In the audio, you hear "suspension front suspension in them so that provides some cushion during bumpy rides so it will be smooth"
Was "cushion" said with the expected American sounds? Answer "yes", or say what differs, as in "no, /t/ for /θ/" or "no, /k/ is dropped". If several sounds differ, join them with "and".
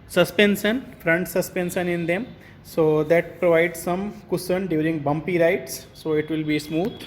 no, /s/ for /ʃ/